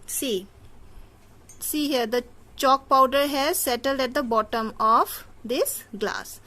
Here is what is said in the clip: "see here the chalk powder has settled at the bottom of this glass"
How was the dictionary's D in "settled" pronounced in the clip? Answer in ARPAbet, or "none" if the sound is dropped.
D